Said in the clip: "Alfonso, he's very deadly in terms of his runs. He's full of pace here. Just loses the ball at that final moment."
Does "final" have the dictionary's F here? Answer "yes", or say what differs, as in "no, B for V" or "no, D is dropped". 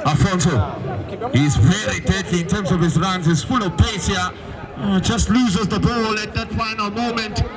yes